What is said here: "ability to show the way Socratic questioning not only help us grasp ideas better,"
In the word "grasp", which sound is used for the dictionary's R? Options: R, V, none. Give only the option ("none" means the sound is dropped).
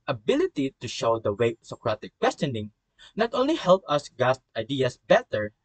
none